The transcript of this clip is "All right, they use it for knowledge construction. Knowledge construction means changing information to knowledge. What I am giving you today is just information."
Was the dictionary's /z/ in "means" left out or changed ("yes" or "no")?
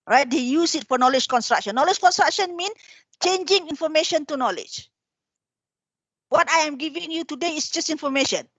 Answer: yes